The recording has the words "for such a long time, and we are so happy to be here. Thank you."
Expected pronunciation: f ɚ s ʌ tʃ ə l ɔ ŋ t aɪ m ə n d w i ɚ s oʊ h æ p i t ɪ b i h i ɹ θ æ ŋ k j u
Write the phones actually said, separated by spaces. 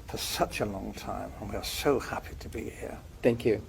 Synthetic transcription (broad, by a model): f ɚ s ʌ tʃ ə l ɔ ŋ t aɪ m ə n w i ɚ s oʊ h æ p i t ɪ b i h i ɹ θ æ ŋ k j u